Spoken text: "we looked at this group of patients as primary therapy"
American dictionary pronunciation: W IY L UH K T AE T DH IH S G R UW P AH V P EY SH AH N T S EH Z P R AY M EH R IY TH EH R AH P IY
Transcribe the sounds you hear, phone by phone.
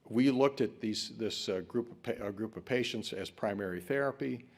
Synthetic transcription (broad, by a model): W IY L UH K T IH T DH IH S G R UW P AH V P EY SH AH N T S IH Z P R AY M EH R IY TH EH R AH P IY